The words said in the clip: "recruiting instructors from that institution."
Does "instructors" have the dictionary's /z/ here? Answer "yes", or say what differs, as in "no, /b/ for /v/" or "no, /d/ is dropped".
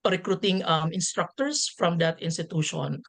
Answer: no, /s/ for /z/